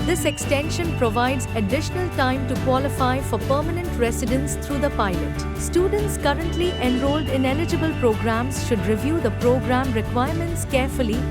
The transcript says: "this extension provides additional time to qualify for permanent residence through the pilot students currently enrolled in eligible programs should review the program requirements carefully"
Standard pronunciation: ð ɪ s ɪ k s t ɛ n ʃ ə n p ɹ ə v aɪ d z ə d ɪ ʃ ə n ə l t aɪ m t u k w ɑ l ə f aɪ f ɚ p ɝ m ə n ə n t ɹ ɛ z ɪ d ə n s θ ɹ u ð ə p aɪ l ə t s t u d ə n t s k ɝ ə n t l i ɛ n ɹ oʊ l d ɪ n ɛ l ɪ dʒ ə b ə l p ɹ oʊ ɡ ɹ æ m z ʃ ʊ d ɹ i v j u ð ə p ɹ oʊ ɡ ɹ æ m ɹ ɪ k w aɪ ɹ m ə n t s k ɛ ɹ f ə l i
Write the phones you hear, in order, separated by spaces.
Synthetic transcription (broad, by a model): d ɪ s ɪ k s t ɛ n ʃ ə n p ɹ ə v aɪ d z ə d ɪ ʃ ə n ə l t aɪ m t u k w ɑ l ə f aɪ f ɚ p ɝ m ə n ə n t ɹ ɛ s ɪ d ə n s t ɹ u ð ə p aɪ l ə t s t u d ə n t s k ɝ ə n t l i ɛ n ɹ oʊ l d ɪ n ɛ l ɪ dʒ ə b ə l p ɹ oʊ ɡ ɹ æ m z ʃ ʊ d ɹ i v j u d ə p ɹ oʊ ɡ ɹ æ m ɹ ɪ k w aɪ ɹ m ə n t s k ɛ ɹ f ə l i